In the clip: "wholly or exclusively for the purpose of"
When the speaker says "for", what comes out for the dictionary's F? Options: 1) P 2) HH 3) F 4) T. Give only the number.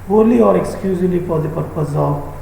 1